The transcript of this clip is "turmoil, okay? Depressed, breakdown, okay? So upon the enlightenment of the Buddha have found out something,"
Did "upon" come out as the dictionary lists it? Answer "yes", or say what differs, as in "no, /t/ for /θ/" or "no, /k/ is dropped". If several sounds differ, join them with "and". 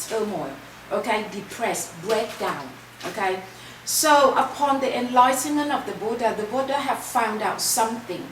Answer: yes